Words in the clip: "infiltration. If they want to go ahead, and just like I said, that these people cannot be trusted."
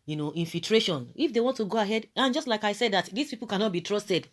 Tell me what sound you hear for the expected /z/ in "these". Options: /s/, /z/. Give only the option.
/s/